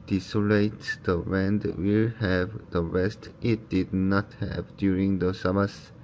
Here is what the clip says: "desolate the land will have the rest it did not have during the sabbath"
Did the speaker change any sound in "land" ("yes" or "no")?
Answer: yes